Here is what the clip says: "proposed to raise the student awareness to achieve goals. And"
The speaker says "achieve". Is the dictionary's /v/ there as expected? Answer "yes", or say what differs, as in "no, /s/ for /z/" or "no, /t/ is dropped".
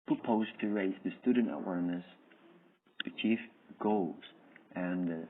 no, /f/ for /v/